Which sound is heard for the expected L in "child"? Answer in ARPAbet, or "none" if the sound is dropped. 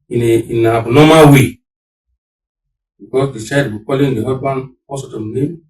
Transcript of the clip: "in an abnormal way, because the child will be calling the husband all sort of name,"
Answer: none